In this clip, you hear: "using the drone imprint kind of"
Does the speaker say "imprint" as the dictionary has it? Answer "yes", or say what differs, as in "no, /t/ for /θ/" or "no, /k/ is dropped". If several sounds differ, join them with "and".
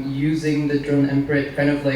no, /n/ is dropped